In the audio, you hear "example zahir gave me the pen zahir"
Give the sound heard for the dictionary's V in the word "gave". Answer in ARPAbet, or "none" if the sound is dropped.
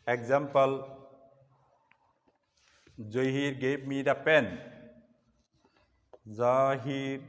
P